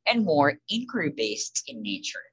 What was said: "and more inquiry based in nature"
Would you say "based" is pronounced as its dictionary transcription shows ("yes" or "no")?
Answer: yes